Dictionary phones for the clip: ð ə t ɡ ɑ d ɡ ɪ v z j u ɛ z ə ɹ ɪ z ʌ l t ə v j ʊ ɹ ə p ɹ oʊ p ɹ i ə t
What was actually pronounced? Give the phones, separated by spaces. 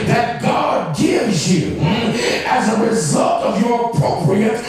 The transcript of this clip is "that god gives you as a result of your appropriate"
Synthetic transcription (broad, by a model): ð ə t ɡ ɑ d ɡ ɪ v z j u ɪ z ə ɹ ɪ z ʌ l t ə v j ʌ ɹ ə p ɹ oʊ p ɹ i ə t